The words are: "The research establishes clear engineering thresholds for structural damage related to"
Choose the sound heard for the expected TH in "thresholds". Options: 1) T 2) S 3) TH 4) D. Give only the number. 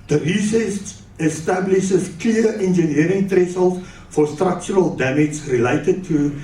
1